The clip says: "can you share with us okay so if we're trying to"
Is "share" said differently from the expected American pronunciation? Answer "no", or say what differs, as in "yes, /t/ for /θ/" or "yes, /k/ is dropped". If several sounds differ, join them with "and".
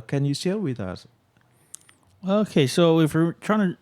yes, /l/ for /ɹ/